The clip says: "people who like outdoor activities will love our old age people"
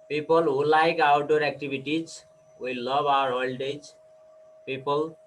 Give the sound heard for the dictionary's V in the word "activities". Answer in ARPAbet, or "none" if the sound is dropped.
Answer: B